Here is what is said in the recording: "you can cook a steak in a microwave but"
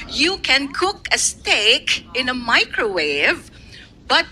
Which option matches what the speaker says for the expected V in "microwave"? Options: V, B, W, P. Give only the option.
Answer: V